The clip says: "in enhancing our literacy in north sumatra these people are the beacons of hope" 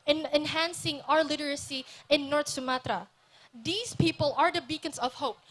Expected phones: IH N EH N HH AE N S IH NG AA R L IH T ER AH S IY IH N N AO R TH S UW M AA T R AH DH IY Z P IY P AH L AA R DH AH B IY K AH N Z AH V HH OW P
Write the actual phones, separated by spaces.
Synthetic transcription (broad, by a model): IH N EH N HH AE N S IH NG AA R L IH T ER AH S IY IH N N AO R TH S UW M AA T R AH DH IY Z P IY P AH L AA R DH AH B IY K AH N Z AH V HH OW P